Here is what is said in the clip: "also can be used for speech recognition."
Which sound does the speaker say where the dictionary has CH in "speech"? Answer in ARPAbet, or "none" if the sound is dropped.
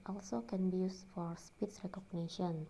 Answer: S